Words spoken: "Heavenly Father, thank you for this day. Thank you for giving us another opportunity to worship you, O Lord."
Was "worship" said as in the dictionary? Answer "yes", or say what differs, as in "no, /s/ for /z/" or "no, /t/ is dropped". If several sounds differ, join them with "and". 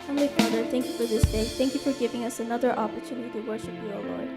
yes